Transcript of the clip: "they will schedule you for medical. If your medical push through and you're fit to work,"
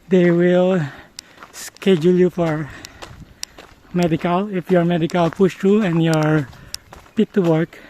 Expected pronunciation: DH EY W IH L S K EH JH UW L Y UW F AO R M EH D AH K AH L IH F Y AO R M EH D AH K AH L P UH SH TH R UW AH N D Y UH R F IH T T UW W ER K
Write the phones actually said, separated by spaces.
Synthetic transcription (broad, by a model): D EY W IH L S K EH JH UW L Y UW F AO R M EH D AH K AH L IH F Y AO R M EH D AH K AH L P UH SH T R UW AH N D Y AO R P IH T T UW W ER K